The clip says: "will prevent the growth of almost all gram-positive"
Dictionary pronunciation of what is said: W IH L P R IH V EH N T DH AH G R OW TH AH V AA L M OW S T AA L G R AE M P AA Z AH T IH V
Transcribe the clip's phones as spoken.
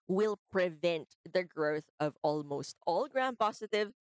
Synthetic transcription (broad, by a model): W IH L P R IH V EH N T DH AH G R OW TH AH V AA L M OW S T AA L G R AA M P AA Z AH T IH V